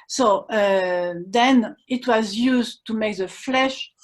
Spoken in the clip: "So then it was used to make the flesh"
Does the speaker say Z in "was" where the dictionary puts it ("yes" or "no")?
yes